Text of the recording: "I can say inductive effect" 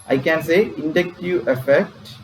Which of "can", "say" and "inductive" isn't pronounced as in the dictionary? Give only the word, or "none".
inductive